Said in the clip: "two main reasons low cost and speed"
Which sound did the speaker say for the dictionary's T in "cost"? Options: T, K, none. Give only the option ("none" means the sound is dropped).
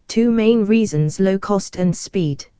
T